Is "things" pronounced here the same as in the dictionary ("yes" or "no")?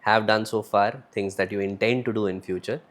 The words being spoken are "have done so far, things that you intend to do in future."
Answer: no